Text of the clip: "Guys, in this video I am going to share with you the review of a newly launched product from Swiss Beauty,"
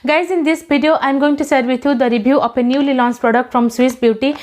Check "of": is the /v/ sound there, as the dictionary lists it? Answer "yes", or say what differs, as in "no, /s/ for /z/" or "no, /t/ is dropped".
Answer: no, /p/ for /v/